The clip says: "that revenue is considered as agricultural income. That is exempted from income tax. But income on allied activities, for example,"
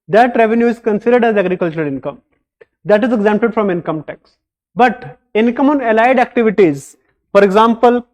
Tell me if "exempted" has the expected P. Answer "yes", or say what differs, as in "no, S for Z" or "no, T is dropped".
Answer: yes